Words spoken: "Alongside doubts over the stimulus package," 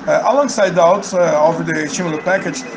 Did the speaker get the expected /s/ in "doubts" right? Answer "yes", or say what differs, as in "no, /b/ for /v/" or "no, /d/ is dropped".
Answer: no, /s/ is dropped